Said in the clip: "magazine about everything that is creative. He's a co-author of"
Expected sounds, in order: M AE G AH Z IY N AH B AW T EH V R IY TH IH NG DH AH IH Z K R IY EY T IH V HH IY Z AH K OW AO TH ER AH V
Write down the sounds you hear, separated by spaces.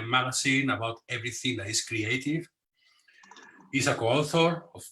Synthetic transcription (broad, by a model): M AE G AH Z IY N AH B AW T EH V R IY TH IH NG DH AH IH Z K R IY EY T IH V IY S AH K OW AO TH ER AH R